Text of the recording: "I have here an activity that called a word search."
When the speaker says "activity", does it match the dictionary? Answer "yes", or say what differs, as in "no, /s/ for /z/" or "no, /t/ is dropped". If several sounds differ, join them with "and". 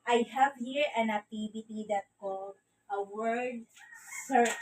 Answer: no, /b/ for /v/